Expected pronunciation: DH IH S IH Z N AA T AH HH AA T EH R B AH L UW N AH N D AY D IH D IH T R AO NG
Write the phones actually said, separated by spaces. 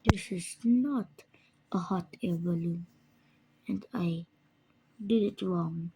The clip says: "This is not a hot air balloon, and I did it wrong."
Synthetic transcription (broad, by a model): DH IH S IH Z N AA T AH HH AA T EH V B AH L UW AH N D AY D IH D IH T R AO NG